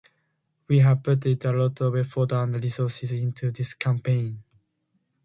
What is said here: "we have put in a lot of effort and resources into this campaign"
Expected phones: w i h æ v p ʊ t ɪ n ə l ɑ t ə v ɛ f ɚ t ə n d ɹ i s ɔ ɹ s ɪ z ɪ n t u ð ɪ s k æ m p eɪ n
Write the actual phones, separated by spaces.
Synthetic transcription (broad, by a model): w i h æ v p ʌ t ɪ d ə l ɑ t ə w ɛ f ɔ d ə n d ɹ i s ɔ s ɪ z ɪ n t u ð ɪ s k æ m p eɪ n